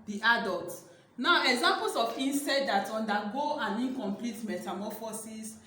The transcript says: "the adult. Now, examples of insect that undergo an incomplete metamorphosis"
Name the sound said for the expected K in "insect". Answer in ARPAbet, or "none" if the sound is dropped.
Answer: none